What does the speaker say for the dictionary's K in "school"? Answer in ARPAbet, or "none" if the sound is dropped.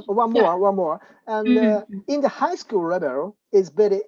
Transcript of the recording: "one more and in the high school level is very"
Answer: K